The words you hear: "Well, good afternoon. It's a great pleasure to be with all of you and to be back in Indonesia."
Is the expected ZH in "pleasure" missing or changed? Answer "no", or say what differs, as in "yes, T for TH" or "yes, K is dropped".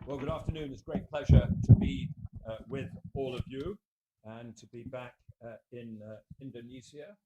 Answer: no